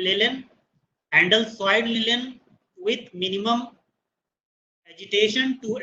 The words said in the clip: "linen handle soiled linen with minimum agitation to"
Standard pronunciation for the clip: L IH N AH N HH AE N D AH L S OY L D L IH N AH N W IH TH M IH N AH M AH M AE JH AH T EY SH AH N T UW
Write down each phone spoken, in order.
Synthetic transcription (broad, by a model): L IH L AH N HH AE N D AH L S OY D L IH L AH N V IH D M IH N AH M AH M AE JH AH T EY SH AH N T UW